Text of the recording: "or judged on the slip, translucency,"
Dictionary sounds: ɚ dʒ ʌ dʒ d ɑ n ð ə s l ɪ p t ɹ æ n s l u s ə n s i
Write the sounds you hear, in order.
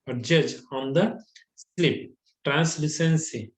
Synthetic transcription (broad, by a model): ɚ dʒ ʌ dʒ ɑ n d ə s l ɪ p t ɹ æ n s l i s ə n s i